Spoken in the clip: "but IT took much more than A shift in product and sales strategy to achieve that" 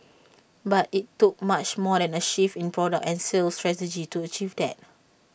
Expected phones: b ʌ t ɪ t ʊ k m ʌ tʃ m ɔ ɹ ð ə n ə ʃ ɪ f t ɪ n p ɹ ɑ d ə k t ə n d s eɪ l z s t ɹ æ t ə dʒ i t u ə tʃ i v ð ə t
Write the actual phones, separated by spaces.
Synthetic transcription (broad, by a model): b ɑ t ɪ t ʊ k m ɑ tʃ m ɔ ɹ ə n ə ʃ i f ɪ n p ɹ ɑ d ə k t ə n s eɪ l s t ɹ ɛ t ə dʒ i t u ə tʃ i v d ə t